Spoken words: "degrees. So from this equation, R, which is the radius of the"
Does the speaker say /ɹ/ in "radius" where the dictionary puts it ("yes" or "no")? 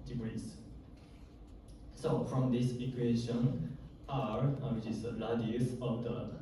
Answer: no